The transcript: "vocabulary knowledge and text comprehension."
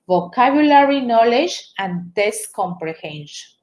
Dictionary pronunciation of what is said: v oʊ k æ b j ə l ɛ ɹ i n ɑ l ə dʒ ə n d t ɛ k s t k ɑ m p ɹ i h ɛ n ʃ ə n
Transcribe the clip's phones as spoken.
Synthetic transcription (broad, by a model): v oʊ k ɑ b j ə l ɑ ɹ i n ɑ l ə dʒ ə n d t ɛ s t k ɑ m p ɹ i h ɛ n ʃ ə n